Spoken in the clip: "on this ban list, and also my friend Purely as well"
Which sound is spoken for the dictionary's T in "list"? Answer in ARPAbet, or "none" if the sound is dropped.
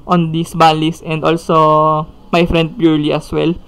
none